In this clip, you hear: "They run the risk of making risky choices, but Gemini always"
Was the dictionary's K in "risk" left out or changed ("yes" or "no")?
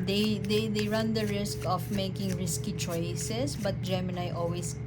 no